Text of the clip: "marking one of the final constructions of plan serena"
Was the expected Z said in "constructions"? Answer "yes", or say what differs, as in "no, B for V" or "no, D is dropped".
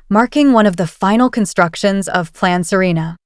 yes